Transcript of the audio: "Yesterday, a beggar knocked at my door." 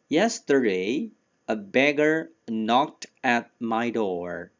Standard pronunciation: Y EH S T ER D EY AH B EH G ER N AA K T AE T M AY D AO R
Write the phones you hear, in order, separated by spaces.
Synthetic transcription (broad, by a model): Y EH S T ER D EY AH B EH G ER N AA K T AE T M AY D AO R